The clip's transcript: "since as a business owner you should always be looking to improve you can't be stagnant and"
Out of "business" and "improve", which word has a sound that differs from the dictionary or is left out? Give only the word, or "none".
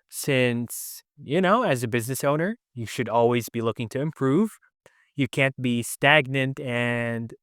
none